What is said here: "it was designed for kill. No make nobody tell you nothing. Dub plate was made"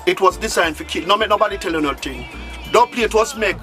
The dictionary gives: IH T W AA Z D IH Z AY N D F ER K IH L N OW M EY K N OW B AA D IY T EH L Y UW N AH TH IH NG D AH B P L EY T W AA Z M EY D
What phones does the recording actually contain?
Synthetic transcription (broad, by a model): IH T W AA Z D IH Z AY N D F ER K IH N OW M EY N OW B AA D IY T EH L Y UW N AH T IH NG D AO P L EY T W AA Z M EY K